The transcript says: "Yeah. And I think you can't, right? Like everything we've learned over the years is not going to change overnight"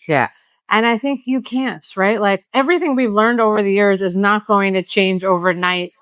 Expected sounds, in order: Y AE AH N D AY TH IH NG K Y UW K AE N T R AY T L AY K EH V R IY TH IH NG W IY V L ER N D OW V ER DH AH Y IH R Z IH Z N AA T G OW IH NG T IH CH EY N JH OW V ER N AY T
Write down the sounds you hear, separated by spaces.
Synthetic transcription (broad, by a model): Y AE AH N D AY TH IH NG K Y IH K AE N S R AY T L AY K EH V R IY TH IH NG W IY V L ER N D OW V ER DH AH Y IH R Z IH Z N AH T G OW IH NG T IH CH EY N JH OW V ER N AY T